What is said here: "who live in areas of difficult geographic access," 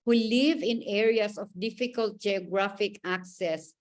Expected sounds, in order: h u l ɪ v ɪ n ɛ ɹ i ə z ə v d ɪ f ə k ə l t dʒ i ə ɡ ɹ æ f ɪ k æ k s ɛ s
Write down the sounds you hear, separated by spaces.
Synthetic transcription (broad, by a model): h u l ɪ v ɪ n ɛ ɹ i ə s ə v d ɪ f ə k ə l t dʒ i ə ɡ ɹ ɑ f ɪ k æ k s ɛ s